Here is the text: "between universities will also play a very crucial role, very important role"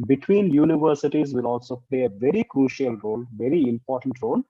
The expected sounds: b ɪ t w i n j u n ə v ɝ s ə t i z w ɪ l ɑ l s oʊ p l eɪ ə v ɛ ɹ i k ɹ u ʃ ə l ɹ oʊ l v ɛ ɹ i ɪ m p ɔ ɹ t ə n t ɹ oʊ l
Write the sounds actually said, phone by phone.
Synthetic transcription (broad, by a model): b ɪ t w i n j u n ə v ɝ s ə t i z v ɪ l ɑ l s oʊ p l eɪ ə v ɛ ɹ i k ɹ u ʃ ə l ɹ oʊ l v ɛ ɹ i ɪ m p ɔ ɹ t ə n t ɹ oʊ l